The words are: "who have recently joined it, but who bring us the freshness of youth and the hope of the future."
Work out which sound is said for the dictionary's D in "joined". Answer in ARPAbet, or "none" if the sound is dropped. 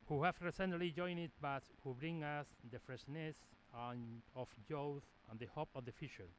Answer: none